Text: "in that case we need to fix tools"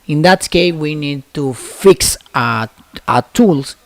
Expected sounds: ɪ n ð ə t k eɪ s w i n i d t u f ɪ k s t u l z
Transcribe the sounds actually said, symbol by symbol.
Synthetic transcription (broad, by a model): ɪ n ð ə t k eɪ w i n i d t u f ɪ k s t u l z